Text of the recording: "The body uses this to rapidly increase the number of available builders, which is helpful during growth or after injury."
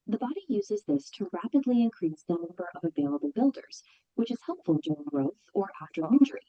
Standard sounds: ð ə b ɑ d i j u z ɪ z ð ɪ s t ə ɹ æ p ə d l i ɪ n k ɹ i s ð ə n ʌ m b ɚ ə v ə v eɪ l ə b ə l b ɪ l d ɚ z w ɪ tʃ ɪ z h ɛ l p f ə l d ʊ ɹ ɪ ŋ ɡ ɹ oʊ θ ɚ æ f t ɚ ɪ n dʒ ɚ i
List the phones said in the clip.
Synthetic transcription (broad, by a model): ð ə b ɑ d i j u z ɪ z ð ɪ s t ə ɹ æ p ə d l i ɪ n k ɹ i s ð ə n ʌ m b ɚ ə v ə v eɪ l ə b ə l b ɪ l d ɚ z w ɪ tʃ ɪ z h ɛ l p f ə l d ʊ ɹ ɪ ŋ ɡ ɹ oʊ θ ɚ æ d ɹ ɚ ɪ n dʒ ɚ i